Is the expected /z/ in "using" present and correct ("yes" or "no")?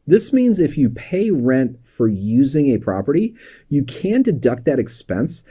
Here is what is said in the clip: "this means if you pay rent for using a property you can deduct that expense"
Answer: yes